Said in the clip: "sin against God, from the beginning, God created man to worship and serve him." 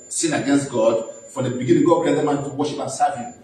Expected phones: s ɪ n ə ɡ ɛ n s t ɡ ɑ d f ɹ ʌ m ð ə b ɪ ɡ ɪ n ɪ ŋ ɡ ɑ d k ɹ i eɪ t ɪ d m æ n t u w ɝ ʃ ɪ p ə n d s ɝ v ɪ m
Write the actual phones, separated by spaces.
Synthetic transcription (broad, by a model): s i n ə ɡ ɛ n s t ɡ ɑ d f ɹ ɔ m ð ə b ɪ ɡ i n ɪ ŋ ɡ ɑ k i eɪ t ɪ m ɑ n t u w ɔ ʃ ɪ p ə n s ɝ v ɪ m